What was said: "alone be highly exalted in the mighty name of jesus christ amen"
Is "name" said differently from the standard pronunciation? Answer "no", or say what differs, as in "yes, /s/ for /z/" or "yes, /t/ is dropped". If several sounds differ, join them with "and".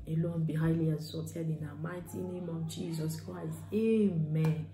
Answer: no